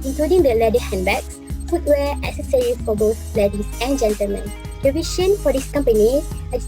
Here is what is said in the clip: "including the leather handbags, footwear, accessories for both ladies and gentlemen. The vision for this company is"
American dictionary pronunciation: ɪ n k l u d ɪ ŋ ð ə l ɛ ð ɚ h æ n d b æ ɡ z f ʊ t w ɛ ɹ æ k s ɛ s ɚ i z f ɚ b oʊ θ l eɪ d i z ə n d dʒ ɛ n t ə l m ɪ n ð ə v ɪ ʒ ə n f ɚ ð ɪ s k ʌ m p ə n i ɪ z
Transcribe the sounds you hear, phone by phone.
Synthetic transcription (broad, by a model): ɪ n k l u d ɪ ŋ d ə l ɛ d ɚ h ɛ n b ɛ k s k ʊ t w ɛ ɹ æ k s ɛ s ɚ i f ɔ b oʊ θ l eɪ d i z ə n dʒ ɛ n t ə l m ɪ n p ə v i ʃ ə n f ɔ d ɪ s k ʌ m p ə n i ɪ